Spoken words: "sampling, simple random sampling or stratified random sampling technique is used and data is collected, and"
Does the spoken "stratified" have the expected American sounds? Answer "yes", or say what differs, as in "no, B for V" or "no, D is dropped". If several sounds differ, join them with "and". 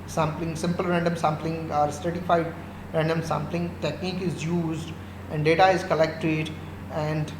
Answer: no, R is dropped